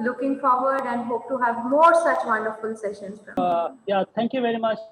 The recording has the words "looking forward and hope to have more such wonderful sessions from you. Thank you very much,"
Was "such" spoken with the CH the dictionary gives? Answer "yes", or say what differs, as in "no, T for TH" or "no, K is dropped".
yes